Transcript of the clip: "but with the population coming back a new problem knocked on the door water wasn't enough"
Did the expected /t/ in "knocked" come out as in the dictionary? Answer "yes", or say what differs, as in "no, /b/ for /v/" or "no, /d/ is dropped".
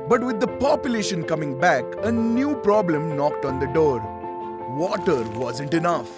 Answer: yes